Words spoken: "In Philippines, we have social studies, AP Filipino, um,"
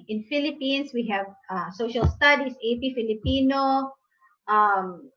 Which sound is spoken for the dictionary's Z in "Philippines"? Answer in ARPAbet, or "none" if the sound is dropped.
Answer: S